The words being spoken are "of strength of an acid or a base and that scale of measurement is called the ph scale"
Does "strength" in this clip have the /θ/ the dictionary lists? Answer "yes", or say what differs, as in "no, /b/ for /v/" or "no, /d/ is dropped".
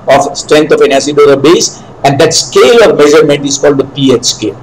no, /t/ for /θ/